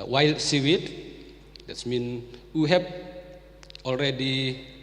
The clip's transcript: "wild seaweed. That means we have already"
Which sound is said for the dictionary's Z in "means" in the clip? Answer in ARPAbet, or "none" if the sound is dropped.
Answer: none